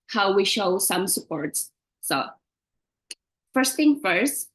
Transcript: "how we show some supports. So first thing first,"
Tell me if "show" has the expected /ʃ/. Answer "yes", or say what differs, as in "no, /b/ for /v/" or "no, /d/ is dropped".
yes